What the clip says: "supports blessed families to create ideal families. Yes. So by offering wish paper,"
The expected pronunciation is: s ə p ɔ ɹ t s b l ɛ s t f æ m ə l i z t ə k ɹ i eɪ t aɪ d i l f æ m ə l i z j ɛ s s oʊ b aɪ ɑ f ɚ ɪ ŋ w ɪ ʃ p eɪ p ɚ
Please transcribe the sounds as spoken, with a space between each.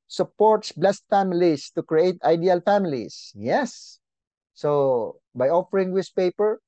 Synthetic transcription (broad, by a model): s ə p ɔ ɹ t s b l ɛ s t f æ m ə l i s t ə k ɹ i eɪ t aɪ d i l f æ m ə l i s j ɛ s s oʊ b aɪ ɑ f ɚ ɪ ŋ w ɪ s p eɪ p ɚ